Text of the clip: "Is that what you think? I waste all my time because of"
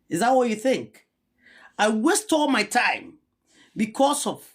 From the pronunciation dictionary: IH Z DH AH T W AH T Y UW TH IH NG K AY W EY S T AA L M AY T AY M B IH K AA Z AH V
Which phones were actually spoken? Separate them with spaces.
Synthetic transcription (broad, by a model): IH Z DH AH T W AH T Y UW TH IH NG K AY W EY S T AA L M AY T AY M B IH K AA S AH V